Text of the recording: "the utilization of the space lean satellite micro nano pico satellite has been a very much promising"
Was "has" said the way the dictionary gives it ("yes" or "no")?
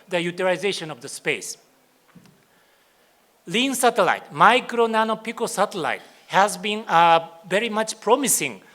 yes